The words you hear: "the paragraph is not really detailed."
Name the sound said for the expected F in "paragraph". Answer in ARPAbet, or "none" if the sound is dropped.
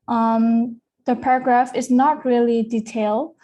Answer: F